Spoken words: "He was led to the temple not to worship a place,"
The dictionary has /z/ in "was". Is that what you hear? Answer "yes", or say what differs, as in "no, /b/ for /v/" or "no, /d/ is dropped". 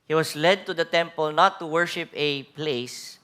no, /s/ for /z/